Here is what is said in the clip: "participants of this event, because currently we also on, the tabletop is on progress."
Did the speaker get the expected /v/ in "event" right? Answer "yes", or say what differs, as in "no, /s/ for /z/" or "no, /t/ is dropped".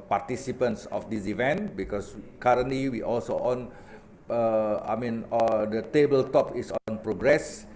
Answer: yes